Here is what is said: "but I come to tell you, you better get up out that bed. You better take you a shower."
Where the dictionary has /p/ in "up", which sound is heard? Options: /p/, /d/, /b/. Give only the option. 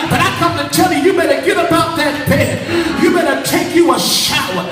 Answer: /b/